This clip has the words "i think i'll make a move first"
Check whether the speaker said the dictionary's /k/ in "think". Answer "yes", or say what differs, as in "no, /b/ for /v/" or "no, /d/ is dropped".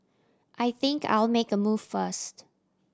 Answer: yes